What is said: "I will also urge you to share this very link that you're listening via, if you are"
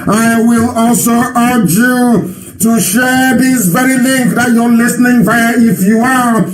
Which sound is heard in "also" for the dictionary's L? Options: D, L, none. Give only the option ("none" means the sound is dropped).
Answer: L